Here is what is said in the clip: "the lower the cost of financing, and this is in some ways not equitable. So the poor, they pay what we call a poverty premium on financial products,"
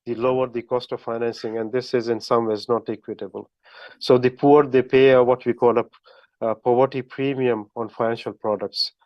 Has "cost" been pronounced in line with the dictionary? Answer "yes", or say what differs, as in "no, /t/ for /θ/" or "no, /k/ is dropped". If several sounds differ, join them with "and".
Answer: yes